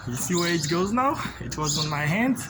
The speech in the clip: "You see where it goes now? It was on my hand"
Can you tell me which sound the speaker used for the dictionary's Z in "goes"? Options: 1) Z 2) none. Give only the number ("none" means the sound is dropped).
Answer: 1